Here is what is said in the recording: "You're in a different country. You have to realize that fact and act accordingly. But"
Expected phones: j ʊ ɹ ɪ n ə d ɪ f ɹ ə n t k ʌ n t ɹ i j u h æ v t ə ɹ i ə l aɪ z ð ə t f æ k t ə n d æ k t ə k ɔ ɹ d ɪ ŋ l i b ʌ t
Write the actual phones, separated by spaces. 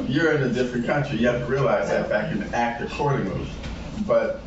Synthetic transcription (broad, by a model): j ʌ ɹ ɪ n ə d ɪ f ɹ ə n k ʌ n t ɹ i j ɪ h æ v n ɹ i ə l aɪ z ð ə t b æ k ə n æ k t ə k ɔ ɹ d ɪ ŋ i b ʌ t